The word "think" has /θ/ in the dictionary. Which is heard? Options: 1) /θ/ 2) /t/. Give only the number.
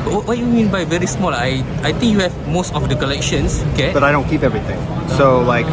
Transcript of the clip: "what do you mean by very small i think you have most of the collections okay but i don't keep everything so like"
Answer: 2